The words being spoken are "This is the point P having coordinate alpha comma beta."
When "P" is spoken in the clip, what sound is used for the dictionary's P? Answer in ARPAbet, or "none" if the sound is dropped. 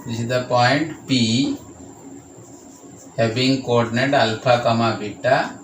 P